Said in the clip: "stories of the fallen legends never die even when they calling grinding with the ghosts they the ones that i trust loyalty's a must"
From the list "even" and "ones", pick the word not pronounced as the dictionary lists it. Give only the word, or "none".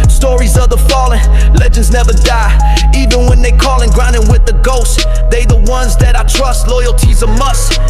none